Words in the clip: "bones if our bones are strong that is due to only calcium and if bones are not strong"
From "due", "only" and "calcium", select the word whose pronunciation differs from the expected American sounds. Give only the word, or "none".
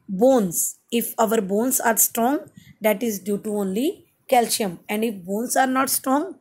calcium